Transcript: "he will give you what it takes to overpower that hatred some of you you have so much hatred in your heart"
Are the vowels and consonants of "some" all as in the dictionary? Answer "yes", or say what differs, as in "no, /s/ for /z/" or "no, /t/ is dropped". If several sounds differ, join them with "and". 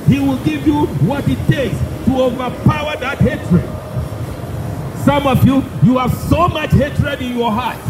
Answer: yes